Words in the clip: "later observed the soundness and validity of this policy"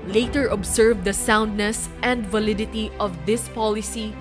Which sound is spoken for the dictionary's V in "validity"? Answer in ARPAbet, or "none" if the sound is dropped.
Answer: V